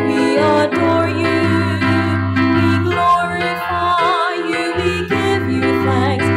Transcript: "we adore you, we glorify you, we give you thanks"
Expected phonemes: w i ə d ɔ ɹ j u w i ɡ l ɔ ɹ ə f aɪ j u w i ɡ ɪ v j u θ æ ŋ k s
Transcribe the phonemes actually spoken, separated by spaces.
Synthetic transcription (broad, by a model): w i ə d ɔ ɹ j u w i ɡ l ɔ ɹ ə aɪ j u w i ɡ ɪ v j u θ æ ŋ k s